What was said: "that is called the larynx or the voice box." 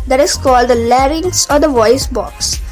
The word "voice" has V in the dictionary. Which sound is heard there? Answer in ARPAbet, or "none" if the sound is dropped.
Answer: V